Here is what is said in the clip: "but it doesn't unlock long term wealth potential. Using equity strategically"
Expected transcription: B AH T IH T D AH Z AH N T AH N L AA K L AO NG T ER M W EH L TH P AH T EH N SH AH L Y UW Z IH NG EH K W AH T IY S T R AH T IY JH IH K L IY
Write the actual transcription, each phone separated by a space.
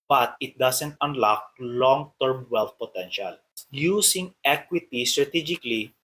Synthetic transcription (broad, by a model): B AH T IH T D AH S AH N T AH N L AA K L AO NG T ER M W EH L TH P AH T EH N SH AH L Y UW S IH NG EH K W AH T IY S T R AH T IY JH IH K L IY